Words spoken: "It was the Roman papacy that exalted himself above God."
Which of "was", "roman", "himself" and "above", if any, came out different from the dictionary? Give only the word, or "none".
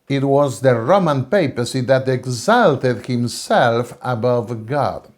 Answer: none